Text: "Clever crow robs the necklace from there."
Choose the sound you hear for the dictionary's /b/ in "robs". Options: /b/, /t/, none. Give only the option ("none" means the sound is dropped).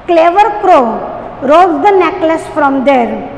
none